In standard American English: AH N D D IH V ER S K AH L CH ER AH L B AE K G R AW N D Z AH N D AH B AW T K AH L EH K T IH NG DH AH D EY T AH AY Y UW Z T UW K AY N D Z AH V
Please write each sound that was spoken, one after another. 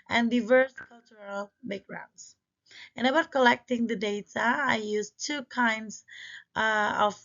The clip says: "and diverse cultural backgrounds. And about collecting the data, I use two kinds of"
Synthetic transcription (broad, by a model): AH N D D IH V ER S K AH L CH ER AH L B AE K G R AW N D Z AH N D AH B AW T K AH L EH K T IH NG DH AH D EY T AH AY Y UW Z T UW K AY N D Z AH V